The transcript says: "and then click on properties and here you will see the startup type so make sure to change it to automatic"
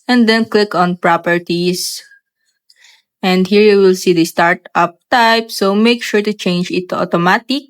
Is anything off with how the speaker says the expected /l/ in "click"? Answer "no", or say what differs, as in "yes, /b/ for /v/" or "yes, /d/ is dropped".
no